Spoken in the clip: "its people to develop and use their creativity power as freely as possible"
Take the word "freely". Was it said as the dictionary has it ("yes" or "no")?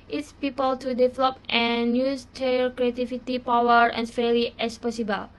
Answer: no